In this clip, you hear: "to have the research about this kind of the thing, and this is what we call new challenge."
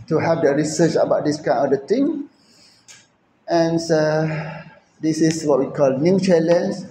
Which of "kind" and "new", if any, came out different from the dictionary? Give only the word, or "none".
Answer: kind